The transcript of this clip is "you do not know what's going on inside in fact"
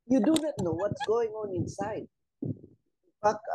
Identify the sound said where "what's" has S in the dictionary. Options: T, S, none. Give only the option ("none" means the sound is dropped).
S